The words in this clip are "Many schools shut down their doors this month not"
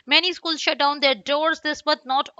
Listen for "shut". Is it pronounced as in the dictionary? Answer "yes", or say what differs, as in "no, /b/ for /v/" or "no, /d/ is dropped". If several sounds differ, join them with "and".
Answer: yes